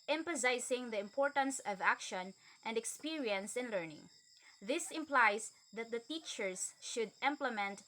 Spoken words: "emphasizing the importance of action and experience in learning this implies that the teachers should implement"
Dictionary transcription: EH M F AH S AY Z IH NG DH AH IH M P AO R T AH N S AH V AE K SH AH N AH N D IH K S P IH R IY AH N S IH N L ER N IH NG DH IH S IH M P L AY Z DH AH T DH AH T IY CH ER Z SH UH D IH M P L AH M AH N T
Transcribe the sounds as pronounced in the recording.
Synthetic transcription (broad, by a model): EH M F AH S AY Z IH NG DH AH IH M P AO R T AH N S AH V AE K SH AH N AH N D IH K S P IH R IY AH N S IH N L ER N IH NG DH IH S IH M P L AY S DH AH T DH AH T IY CH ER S SH UH D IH M P L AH M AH N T